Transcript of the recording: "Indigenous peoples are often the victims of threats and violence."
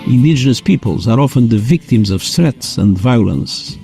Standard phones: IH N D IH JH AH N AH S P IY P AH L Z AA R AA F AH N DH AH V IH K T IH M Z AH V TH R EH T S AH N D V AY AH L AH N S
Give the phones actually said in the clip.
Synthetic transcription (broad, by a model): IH N D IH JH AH N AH S P IY P AH L Z AA R AA F AH N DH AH V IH K T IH M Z AH V S R EH T S AH N D V AY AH L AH N S